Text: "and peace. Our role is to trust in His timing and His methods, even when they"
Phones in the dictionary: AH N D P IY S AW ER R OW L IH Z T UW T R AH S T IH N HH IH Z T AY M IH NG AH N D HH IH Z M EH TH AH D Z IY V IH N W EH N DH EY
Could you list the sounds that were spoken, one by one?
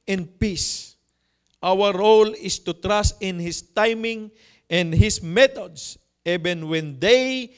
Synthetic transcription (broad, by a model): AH N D P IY S AW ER R OW L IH S T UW T R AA S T IH N HH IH S T AY M IH NG AH N D HH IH S M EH T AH D S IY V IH N W EH N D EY